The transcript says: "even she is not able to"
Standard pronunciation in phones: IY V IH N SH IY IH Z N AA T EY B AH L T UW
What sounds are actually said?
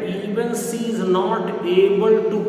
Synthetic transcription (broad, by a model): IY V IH N S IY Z N AA T EY B AH L T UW